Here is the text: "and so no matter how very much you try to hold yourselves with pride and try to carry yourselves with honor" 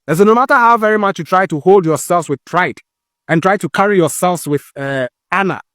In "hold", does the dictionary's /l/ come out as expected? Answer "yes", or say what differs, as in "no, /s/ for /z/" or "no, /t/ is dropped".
yes